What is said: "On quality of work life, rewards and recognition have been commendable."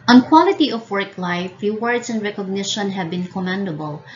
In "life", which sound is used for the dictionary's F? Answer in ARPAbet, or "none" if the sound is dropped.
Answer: F